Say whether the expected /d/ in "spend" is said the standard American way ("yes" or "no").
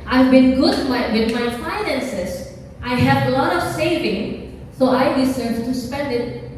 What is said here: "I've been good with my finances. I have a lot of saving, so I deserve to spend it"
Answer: yes